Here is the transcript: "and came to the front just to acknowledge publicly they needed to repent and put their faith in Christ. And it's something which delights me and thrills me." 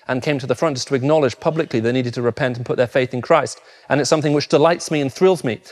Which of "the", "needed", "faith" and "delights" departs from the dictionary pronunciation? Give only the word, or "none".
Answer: none